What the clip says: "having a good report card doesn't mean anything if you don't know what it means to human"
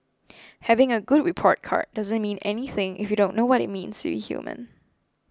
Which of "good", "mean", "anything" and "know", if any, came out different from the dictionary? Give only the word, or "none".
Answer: none